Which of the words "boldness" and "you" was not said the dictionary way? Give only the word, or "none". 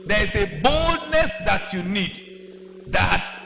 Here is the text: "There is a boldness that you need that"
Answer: none